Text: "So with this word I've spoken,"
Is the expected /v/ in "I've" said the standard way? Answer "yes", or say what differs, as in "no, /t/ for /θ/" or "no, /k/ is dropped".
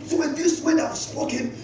no, /w/ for /v/